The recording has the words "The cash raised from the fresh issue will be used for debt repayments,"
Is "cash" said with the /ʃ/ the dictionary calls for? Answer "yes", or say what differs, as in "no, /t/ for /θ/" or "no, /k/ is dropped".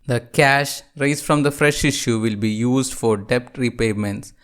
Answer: yes